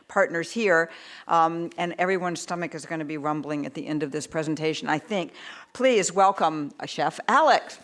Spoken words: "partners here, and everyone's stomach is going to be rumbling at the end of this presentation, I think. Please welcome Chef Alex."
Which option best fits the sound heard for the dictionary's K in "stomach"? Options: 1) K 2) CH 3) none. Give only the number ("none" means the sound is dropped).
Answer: 1